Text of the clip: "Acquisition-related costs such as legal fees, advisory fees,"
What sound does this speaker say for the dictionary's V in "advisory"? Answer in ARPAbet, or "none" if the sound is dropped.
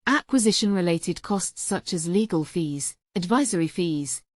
V